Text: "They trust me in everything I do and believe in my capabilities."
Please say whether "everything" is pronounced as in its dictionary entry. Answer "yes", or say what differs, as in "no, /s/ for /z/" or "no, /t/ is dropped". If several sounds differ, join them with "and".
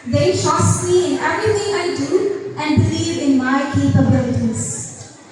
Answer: no, /t/ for /θ/